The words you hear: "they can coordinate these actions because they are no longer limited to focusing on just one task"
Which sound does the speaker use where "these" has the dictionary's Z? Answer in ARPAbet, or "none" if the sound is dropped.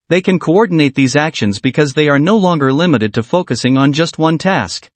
Z